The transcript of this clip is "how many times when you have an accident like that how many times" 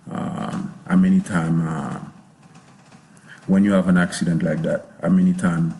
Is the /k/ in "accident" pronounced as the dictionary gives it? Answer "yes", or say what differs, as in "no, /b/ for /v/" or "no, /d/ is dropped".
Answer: yes